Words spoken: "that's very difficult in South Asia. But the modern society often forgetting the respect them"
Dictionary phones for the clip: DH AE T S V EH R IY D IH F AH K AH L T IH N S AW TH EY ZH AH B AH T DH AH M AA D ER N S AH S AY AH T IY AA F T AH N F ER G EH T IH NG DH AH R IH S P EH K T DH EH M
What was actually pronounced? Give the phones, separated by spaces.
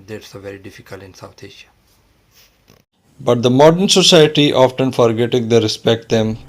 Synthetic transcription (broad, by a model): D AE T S V EH R IY D IH F AH K AH L T IH N S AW T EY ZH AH B AH T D AH M AA D ER N S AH S AY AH T IY AA F T AH N F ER G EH T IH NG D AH R IH S P EH K T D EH M